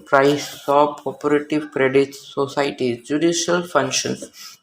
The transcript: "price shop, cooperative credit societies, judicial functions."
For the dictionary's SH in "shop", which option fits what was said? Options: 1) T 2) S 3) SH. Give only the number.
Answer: 2